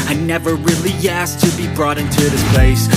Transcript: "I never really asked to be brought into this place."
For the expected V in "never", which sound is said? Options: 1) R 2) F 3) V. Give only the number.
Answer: 3